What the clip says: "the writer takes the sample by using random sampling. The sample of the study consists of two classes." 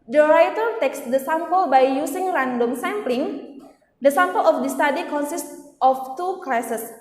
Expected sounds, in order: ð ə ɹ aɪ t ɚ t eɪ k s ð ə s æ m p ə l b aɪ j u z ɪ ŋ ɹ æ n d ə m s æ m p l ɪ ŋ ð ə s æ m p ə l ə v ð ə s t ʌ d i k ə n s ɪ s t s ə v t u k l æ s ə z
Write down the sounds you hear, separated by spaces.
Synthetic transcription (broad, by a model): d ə ɹ aɪ t ɚ t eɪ k s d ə s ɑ m p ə l b aɪ j u s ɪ ŋ ɹ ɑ n d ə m s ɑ m p l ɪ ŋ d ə s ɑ m p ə l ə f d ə s t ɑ d i k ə n s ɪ s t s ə f t u k l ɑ s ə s